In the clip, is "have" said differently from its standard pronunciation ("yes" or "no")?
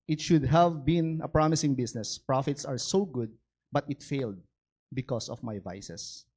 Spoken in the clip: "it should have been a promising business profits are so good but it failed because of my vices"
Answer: no